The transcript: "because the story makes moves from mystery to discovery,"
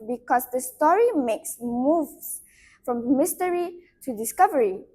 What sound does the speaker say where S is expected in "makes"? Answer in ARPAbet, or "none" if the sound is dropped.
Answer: S